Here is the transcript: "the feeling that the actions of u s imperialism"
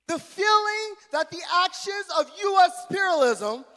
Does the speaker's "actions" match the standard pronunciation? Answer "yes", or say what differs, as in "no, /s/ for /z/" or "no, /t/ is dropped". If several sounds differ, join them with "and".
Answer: yes